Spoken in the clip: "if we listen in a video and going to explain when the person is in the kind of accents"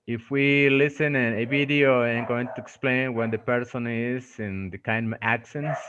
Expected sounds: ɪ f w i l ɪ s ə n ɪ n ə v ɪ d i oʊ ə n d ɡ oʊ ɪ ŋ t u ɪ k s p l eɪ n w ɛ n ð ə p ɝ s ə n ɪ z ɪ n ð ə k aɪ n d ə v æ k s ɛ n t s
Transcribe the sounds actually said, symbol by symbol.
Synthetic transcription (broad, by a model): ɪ f w i l ɪ s ə n ɪ n ə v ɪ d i oʊ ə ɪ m ɡ oʊ ɪ ŋ t u ɪ k s p l eɪ n w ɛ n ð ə p ɝ s ə n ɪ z ɪ n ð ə k aɪ n d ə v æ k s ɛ n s